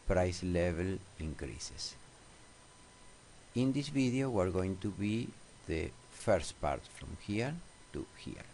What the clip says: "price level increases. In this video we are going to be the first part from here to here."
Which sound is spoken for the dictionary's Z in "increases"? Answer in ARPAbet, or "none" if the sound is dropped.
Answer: S